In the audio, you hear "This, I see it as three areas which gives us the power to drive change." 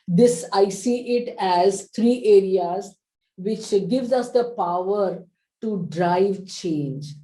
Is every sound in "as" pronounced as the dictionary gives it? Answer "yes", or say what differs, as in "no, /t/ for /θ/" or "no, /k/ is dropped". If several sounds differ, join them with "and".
yes